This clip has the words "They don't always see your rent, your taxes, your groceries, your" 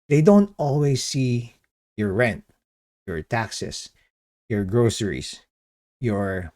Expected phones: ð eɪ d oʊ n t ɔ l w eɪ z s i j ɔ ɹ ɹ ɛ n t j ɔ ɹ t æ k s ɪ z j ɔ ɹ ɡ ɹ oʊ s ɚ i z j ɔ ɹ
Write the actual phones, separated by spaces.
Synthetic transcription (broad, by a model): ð eɪ d oʊ n t ɔ l w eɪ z s i j ɔ ɹ ɹ ɛ n t j ɔ ɹ t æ k s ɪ s j ɔ ɹ ɡ ɹ oʊ s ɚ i s j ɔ ɹ